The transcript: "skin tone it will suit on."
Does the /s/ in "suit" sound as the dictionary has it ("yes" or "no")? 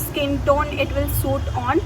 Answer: yes